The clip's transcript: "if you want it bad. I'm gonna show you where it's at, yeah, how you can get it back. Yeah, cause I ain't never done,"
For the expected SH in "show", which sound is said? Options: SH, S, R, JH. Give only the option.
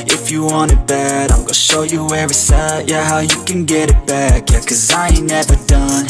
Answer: SH